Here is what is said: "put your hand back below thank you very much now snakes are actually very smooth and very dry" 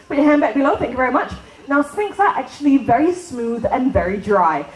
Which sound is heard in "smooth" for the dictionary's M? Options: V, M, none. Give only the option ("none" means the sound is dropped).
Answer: M